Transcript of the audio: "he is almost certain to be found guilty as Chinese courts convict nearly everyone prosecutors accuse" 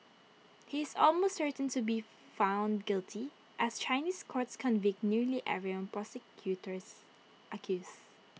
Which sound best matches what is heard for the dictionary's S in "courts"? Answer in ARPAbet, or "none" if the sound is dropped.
S